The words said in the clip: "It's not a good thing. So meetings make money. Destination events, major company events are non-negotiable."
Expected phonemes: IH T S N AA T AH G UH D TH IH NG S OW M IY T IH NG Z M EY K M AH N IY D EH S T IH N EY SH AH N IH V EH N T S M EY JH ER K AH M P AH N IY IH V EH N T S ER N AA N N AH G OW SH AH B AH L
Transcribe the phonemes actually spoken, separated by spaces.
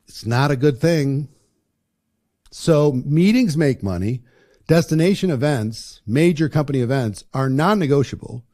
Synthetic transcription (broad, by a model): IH T S N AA T AH G UH D TH IH NG S OW M IY T IH NG Z M EY K M AH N IY D EH S T IH N EY SH AH N IH V EH N T S M EY JH ER K AH M P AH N IY IH V EH N T S ER N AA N N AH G OW SH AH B L